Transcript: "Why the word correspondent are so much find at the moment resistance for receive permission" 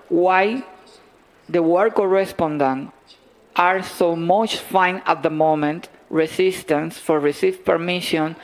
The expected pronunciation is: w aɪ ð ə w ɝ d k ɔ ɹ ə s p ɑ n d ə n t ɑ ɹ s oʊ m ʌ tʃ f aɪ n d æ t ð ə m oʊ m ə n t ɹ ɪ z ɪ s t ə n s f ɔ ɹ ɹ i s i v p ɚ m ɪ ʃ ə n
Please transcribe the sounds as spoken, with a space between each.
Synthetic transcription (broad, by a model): w aɪ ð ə w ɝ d k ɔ ɹ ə s p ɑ n d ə n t ɑ ɹ s oʊ m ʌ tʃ f aɪ n ɑ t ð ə m oʊ m ə n t ɹ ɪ s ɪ s t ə n s f ɔ ɹ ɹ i s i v p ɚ m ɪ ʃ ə n